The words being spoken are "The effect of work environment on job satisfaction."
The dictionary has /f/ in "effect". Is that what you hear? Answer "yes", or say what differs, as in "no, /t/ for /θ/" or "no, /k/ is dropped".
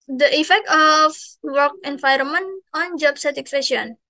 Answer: yes